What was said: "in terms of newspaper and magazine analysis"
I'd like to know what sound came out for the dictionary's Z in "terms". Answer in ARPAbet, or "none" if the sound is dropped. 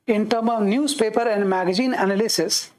none